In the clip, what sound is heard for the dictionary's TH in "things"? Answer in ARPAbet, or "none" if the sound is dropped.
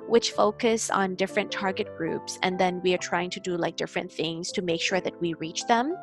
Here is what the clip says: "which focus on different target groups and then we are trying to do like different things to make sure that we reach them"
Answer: TH